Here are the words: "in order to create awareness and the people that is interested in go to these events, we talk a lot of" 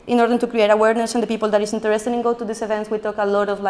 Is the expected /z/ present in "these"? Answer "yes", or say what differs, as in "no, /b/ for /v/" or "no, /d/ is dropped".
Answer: no, /s/ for /z/